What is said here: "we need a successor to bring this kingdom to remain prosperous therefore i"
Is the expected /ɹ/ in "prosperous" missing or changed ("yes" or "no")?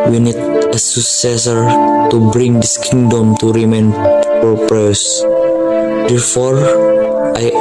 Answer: yes